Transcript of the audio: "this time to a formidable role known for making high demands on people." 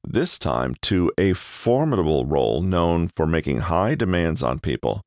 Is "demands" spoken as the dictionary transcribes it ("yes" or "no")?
yes